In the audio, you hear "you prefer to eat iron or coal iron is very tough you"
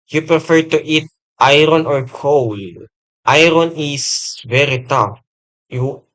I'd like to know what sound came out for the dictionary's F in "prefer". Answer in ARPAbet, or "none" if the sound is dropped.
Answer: F